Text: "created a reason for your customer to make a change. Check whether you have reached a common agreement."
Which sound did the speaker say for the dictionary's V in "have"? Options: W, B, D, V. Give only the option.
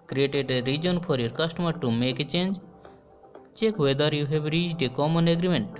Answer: B